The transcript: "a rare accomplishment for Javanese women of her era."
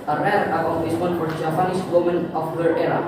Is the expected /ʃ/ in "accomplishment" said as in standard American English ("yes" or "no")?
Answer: no